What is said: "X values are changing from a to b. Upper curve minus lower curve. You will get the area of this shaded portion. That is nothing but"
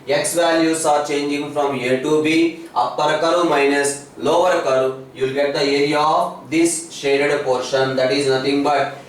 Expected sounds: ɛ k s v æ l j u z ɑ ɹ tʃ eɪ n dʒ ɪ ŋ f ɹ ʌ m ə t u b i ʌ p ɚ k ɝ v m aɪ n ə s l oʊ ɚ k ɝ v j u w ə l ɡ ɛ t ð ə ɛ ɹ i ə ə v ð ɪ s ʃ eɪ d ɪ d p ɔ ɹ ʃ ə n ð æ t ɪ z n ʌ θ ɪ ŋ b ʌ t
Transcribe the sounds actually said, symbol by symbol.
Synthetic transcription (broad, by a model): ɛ k s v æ l j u s ɑ ɹ tʃ eɪ n dʒ ɪ ŋ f ɹ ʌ m ə t u b i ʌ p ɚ k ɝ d m aɪ n ə s l oʊ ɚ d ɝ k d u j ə l ɡ ɛ t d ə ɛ ɹ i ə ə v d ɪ s ʃ eɪ d ɪ d p ɔ ɹ ʃ ə n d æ t ɪ z n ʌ t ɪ ŋ b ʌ t